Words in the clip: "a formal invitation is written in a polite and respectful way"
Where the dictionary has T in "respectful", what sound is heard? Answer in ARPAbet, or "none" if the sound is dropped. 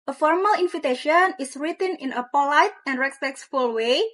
S